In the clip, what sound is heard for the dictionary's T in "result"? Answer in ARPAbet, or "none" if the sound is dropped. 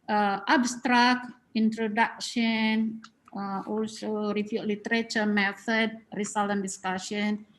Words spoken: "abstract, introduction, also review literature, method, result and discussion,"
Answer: none